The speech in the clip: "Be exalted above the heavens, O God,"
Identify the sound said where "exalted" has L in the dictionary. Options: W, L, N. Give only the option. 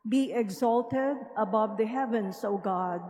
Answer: L